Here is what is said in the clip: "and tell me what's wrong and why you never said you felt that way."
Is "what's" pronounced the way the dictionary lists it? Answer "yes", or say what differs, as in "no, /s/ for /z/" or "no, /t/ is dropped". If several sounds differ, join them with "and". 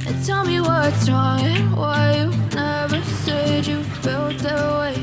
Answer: no, /s/ is dropped